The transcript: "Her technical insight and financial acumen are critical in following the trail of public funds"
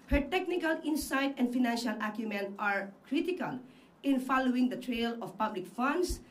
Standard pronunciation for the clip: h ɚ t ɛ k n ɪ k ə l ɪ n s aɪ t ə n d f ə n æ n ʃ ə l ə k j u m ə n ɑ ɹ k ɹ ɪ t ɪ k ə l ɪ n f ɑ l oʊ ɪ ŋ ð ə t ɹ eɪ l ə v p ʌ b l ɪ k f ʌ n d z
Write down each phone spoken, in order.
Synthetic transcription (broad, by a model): h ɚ t ɛ k n ɪ k ə l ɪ n s aɪ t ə n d f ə n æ n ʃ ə l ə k j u m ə n ɑ ɹ k ɹ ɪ t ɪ k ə l ɪ n f ɑ l oʊ ɪ ŋ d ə t ɹ eɪ l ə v p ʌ b l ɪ k f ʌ n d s